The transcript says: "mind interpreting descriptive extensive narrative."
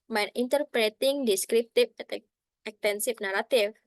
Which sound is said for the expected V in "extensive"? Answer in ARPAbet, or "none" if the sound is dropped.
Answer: F